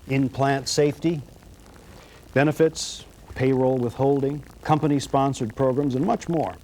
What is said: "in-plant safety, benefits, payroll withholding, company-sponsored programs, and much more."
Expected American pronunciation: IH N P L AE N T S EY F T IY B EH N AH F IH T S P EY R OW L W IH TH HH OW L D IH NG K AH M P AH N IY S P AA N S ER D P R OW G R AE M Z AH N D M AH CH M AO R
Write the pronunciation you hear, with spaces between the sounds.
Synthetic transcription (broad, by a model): IH N P L AE N T S EY F T IY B EH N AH F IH T S P EY R OW L W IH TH HH OW L D IH NG K AH M P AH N IY S P AA N S ER D P R OW G R AE M Z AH N M AH CH M AO R